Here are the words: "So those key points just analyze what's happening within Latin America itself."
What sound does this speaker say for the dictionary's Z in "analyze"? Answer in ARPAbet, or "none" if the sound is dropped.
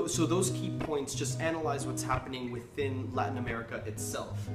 Z